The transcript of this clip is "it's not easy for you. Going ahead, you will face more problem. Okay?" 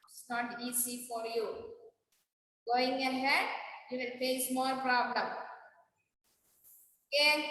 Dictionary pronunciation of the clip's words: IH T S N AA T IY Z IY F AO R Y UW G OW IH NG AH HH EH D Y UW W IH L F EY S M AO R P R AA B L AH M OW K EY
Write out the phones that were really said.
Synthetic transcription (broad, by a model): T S N AA T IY S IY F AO R Y UW G OW IH NG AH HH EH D Y UW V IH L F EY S M AO R P R AA B L AH M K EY